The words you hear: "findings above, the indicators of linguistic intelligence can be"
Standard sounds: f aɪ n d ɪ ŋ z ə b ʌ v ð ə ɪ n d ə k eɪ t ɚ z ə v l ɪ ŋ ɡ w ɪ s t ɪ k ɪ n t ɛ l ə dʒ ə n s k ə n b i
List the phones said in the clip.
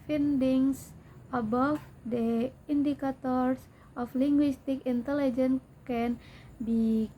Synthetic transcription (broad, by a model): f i n d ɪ ŋ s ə b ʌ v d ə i n d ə k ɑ t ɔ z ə f l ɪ ŋ ɡ w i s t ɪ k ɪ n t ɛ l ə dʒ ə n k ə n b i